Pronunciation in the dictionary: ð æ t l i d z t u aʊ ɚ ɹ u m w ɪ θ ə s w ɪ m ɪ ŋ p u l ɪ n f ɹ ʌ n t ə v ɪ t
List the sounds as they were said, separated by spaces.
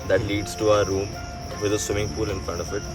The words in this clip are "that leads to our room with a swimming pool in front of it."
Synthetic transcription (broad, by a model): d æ t l i d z t u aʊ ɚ ɹ u m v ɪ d ə s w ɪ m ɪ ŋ p u l ɪ n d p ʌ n ə f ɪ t